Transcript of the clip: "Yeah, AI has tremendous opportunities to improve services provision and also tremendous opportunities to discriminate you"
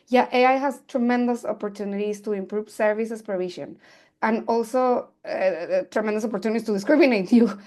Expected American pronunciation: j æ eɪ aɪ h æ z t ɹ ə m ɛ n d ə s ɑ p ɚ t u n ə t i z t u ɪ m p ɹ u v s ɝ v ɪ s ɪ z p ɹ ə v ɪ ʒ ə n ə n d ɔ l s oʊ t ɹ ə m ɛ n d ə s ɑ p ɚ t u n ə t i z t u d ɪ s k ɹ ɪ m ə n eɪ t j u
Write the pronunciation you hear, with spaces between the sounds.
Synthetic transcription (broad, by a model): j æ eɪ aɪ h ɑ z t ɹ ə m ɛ n d ə s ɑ p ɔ t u n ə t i s t u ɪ m p ɹ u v s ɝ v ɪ s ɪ s p ɹ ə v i ʃ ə n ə n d ɔ l s oʊ t ɹ ə m ɛ n d ə s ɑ p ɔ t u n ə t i s t u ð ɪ s k ɹ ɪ m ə n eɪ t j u